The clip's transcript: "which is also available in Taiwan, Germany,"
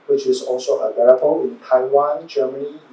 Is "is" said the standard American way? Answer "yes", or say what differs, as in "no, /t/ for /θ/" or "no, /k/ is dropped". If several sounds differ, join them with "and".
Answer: no, /s/ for /z/